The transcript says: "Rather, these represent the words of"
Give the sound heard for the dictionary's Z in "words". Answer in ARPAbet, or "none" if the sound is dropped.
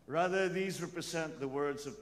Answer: Z